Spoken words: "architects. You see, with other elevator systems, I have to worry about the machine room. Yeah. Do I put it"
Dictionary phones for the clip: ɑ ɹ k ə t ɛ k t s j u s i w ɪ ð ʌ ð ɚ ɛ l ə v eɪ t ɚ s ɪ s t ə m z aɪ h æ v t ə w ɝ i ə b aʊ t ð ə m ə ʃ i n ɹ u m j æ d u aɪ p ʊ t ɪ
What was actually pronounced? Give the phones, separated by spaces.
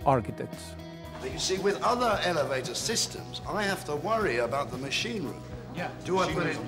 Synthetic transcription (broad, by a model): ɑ ɹ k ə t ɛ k t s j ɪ s i w ɪ ð ʌ ð ɚ ɛ l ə v eɪ t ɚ s ɪ s t ə m z aɪ h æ f t ə w ɝ i ə b aʊ t ð ə m ə ʃ i n ɹ u m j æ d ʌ aɪ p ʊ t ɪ